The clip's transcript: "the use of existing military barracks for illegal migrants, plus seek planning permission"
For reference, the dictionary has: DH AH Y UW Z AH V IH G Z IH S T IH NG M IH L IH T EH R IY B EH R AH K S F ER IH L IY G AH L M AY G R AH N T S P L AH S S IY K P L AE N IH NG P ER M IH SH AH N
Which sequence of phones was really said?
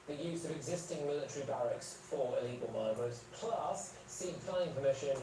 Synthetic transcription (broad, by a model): DH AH Y UW Z AH V IH G Z IH S T IH NG M IH L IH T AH R IY B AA R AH K S F ER IH L IY G AH L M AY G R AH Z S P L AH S S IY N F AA IH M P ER M IH SH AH N